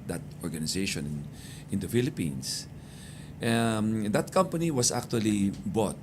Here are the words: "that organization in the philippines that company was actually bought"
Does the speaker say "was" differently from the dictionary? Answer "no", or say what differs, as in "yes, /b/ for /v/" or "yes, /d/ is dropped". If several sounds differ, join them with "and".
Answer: yes, /s/ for /z/